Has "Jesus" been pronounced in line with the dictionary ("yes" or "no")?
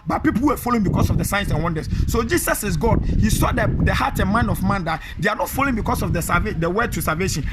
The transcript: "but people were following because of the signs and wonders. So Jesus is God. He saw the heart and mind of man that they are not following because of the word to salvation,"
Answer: no